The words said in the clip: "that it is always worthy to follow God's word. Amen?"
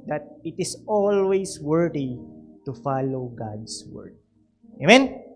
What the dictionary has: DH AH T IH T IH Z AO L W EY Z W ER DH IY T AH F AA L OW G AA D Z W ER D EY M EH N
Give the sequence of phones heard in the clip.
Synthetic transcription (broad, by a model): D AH T IH T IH S AO L W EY S W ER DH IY T AH F AA L OW G AA D S W ER D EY M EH N